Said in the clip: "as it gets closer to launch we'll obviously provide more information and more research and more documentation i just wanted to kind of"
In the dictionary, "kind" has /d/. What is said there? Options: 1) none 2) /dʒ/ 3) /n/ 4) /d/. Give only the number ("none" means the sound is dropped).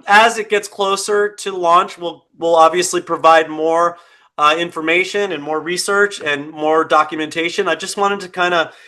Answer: 4